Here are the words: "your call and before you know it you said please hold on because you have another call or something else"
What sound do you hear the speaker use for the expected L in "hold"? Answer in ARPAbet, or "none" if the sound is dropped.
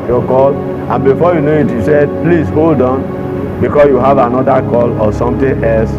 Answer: L